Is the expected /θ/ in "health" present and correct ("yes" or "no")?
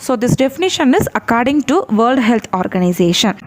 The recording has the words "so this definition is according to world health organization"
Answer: no